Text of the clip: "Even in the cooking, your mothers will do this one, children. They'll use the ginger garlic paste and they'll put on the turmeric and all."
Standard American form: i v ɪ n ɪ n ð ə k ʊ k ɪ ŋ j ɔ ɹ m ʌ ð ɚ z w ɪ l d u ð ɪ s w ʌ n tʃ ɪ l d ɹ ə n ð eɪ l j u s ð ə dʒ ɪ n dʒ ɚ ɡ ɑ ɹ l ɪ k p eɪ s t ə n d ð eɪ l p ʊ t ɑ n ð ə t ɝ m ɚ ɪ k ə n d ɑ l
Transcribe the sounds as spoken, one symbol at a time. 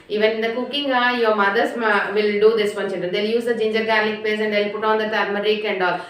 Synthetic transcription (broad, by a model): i v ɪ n ɪ n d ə k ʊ k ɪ ŋ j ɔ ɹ m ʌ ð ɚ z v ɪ l d u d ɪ s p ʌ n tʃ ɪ n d ə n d eɪ l j u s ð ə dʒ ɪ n dʒ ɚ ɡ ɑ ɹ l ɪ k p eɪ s ə n d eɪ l p ʊ t ɑ n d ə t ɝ m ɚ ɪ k ə n d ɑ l